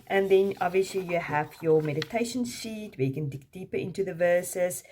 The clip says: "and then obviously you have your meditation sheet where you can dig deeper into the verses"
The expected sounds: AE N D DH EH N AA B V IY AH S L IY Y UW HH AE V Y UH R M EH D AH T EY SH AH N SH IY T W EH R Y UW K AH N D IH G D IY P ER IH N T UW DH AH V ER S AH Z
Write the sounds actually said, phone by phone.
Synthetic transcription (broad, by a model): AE N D DH EH N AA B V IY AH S L IY Y UW HH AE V Y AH M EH D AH T EY SH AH N S IY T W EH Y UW K AH N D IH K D IY P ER IH N T UW DH AH V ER S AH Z